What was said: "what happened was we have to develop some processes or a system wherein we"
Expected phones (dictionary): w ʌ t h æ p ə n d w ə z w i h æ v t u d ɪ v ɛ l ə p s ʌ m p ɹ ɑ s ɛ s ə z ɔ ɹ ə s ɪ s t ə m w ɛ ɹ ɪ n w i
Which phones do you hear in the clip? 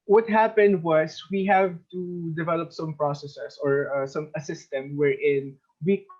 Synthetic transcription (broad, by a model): w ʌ t h æ p ə n d w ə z w i h æ v t u d ɪ v ɛ l ə p s ʌ m p ɹ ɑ s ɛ s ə s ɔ ɹ ə s ɪ s t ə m w ɛ ɹ ɪ n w i